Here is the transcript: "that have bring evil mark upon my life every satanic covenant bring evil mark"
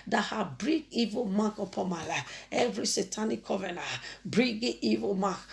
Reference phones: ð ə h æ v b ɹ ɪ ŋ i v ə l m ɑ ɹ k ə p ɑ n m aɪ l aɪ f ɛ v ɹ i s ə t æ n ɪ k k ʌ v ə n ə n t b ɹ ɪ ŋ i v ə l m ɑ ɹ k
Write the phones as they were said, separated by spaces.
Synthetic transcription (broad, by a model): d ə h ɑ b ɹ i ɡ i v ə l m ɑ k ə p ɑ n m aɪ l aɪ f ɛ v ɹ i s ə t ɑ n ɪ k k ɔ v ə n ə b ɹ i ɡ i v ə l m ɑ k